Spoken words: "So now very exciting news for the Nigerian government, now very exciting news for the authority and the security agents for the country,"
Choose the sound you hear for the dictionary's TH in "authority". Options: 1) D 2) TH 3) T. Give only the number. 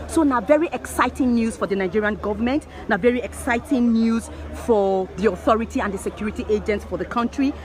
2